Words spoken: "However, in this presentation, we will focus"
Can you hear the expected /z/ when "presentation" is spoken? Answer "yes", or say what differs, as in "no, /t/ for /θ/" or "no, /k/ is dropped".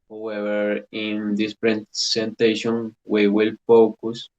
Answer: no, /s/ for /z/